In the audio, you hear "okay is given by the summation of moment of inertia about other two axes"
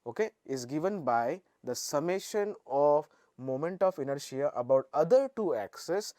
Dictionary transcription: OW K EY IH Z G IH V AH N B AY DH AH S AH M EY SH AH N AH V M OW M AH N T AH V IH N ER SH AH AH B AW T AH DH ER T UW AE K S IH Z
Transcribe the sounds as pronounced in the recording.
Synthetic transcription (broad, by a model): OW K EY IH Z G IH V AH N B AY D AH S AH M EY SH AH N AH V M OW M AH N T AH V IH N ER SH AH AH B AW T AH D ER T UW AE K S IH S